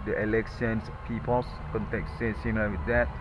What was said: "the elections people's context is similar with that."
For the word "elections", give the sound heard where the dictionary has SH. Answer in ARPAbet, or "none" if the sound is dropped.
S